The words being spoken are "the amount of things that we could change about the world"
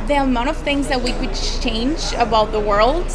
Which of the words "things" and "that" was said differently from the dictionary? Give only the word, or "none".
none